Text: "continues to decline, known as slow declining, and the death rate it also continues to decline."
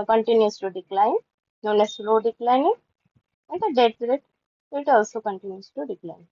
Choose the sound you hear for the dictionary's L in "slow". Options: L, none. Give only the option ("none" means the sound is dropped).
L